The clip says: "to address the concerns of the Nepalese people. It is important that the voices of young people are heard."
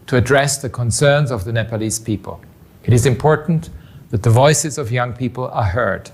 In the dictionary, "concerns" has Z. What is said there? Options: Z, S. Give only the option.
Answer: Z